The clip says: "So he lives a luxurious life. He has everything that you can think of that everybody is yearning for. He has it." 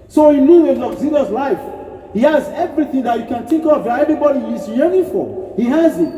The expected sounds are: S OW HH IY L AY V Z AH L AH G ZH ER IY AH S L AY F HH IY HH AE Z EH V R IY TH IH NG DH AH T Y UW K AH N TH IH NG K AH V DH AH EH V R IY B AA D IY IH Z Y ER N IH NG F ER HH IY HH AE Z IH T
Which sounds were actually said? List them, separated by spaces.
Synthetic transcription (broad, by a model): S OW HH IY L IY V AH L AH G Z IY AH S L AY F HH IY HH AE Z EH V R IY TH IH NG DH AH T Y UW K AH N T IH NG K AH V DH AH EH V R IY B AA D IY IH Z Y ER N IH F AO HH IY HH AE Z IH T